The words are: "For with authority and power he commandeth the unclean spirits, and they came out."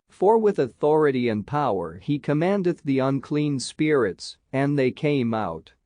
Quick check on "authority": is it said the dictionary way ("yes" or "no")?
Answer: yes